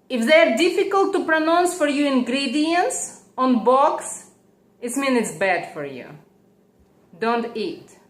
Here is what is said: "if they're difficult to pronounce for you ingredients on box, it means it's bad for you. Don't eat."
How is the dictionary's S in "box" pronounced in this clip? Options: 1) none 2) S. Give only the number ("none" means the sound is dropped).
2